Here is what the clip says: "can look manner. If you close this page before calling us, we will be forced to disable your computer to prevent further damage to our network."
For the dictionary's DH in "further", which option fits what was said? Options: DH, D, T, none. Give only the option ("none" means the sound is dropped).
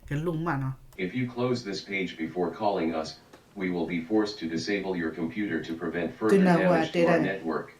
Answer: none